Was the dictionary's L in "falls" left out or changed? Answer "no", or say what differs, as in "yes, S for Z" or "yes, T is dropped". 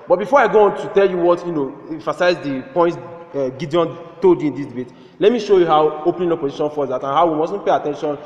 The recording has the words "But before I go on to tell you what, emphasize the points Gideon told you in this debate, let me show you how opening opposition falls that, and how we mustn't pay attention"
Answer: yes, L is dropped